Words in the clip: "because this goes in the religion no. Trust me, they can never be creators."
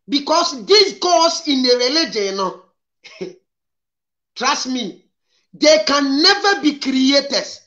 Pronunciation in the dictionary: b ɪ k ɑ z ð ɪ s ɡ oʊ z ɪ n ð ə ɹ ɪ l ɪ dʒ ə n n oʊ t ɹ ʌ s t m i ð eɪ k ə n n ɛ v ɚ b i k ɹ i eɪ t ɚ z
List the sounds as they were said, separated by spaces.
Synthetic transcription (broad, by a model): b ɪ k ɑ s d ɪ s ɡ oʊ s ɪ n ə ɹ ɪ l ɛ dʒ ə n n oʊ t ɹ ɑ s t m i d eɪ k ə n n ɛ v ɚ b i k ɹ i eɪ t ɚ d